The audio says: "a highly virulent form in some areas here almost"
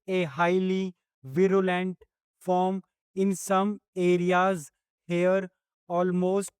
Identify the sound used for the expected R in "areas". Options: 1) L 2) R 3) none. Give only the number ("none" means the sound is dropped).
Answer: 2